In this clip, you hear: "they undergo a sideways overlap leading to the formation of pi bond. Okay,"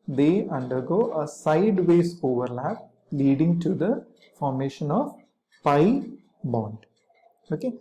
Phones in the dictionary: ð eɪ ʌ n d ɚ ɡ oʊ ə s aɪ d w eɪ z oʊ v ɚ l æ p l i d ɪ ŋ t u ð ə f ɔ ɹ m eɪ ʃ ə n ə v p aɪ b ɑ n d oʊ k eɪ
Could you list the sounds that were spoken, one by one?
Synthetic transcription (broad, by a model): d eɪ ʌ n d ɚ ɡ oʊ ə s aɪ d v eɪ s oʊ v ɚ l æ p l i d ɪ ŋ t u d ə f ɔ ɹ m eɪ ʃ ə n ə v p aɪ b ɑ n d oʊ k eɪ